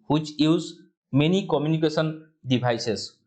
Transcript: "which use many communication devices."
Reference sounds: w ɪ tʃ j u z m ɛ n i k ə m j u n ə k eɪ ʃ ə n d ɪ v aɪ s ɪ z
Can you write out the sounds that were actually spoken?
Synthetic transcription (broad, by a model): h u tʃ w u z m ɛ n i k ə m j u n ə k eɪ s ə n d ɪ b aɪ s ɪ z